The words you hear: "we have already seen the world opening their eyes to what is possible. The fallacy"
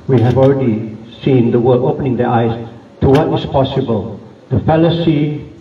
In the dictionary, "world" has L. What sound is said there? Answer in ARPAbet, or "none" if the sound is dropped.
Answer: none